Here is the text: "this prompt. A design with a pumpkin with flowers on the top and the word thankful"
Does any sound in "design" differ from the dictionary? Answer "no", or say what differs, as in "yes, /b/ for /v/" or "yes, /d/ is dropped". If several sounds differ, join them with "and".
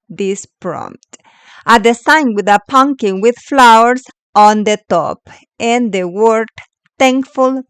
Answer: yes, /s/ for /z/